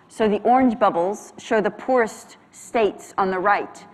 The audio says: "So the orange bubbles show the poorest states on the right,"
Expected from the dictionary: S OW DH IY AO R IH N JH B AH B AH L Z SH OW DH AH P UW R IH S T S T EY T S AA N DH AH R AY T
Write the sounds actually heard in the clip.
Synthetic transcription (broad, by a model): S OW DH IY AO R IH N JH B AH B L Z SH OW DH AH P UW R IH S T S T EY T S N DH AH R AY T